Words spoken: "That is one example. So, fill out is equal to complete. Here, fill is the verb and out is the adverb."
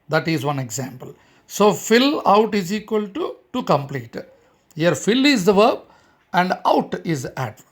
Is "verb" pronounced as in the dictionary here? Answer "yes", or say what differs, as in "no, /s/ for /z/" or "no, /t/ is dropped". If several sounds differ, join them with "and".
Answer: yes